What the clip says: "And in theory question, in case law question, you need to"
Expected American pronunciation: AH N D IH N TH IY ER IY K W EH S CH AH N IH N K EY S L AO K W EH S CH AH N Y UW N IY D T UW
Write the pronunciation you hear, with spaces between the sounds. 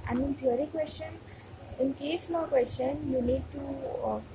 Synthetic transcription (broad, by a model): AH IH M IH N T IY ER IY K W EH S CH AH N IH N K EY S N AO K W EH S CH AH N Y UW N IY D T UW